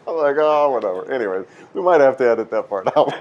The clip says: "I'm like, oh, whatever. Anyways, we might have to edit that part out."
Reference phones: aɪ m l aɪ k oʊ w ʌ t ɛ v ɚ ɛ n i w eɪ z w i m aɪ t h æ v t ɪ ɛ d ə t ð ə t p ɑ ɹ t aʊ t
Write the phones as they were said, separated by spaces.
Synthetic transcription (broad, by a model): aɪ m l aɪ k oʊ w ʌ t ɛ v ɚ ɛ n i w eɪ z w i m aɪ t h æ f t ɪ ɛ d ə t ð ə t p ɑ ɹ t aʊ